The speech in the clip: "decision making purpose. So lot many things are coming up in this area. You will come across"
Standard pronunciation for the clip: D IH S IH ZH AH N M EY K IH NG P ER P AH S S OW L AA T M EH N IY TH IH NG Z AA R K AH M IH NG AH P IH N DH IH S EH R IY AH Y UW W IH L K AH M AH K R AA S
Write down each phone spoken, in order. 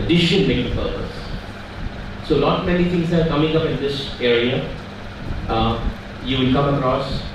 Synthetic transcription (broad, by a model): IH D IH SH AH N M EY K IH P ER P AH S S OW N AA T M EH N IY T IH NG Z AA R K AH M IH NG AH P IH N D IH S EH R IY AH Y UW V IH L K AH M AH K R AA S